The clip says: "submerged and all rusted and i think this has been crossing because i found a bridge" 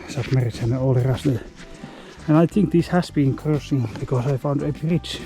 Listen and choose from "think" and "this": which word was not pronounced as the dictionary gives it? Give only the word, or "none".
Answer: none